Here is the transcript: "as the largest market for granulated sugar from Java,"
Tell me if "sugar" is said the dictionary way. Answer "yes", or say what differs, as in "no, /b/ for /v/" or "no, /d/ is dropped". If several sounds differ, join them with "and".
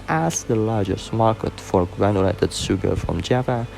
no, /s/ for /ʃ/